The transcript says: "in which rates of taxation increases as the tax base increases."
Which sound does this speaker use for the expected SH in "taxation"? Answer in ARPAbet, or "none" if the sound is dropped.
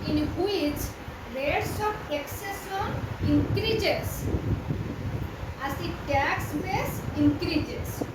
S